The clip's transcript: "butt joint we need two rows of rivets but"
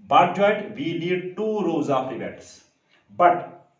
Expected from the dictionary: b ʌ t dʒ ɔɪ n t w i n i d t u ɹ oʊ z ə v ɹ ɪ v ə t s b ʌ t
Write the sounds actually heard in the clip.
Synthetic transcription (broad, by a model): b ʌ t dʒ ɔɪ t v i n i d t u ɹ oʊ z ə f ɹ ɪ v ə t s b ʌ t